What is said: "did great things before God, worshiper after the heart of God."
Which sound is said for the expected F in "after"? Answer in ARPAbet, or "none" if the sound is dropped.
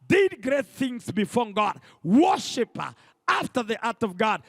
F